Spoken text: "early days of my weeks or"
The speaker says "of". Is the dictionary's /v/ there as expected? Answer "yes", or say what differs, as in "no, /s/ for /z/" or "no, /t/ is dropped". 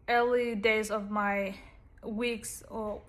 yes